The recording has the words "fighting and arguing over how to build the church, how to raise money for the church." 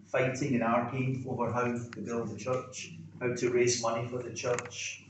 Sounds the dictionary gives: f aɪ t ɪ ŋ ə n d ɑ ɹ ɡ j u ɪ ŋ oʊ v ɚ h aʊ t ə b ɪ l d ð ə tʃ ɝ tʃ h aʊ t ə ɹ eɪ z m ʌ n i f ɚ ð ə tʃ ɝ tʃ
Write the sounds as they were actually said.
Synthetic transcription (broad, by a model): f aɪ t ɪ ŋ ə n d ɑ ɹ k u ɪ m oʊ v ɚ h aʊ t ə b ɪ l d ð ə tʃ ɝ tʃ h aʊ t ə ɹ eɪ z m ʌ n i f ɚ ð ə tʃ ɝ tʃ